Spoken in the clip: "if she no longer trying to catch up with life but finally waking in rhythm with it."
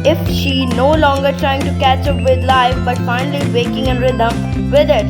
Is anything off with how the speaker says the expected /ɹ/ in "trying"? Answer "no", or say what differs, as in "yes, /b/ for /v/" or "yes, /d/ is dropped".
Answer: no